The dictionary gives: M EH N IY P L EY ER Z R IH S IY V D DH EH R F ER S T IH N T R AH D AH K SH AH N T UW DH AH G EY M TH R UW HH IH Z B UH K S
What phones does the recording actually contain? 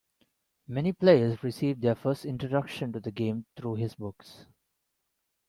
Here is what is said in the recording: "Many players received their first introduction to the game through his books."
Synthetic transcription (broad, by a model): M EH N IY P L EY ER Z R IH S IY V D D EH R F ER S T IH N T R AH D AH K SH AH N T UW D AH G EY M T R UW HH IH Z B UH K S